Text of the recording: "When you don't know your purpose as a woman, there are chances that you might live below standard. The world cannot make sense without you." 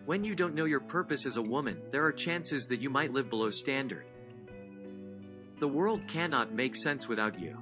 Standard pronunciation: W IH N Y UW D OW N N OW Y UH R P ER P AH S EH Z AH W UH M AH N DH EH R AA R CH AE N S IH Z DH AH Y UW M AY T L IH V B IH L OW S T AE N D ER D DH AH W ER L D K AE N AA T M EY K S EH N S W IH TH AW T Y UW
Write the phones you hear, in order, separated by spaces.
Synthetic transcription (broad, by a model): W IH N Y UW D OW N N OW Y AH R P ER P AH S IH Z AH W UH M AH N DH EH R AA R CH AE N S IH Z DH AH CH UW M AY T L IH V B IH L OW S T AE N D ER D DH AH W ER L D K AE N AA T M EY K S EH N S W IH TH AW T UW